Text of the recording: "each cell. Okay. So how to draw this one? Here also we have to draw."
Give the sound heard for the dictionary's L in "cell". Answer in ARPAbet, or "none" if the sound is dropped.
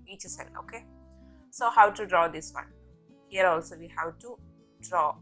N